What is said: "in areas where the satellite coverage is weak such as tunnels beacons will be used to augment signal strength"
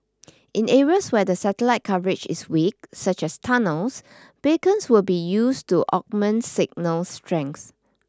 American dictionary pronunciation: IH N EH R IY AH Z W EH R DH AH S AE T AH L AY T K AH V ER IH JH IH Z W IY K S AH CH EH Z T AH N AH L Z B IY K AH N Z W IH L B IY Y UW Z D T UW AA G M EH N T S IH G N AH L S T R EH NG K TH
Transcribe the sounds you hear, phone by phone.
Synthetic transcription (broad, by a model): IH N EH R IY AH S W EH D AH S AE T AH L AY T K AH V ER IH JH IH S W IY K S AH CH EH S T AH N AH L S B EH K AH N S W IH L B IY Y UW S T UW AA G M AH N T S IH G N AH L S T R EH NG K S